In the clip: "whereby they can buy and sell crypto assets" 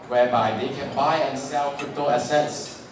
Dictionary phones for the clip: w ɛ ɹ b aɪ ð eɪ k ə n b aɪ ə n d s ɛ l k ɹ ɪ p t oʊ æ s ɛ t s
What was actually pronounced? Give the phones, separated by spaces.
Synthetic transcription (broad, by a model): w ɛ b aɪ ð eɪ k ə n b aɪ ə n s ɛ l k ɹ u t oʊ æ s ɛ t s